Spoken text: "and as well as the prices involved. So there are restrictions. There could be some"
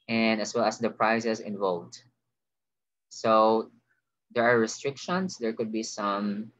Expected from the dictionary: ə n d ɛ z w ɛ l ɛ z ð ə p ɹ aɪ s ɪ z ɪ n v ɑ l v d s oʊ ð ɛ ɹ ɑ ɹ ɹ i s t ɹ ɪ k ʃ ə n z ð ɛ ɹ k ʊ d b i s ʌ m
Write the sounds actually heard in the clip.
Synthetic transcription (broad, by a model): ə n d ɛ s w ɛ l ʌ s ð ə p ɹ aɪ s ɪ s ɪ n v ɑ l v d s oʊ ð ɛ ɹ ɑ ɹ ɹ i s t ɹ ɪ k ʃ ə n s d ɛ ɹ k ʊ d b i s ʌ m